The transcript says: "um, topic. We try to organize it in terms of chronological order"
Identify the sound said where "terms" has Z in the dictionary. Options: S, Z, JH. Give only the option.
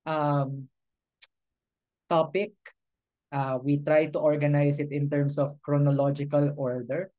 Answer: S